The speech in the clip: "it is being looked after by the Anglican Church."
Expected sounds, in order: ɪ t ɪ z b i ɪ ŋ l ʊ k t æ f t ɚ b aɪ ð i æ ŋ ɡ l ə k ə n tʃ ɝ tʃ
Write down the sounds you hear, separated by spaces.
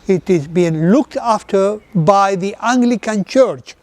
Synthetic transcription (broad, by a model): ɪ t ɪ z b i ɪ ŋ l ʊ k t æ f t ɚ b aɪ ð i æ ŋ ɡ l ə k ə n tʃ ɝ tʃ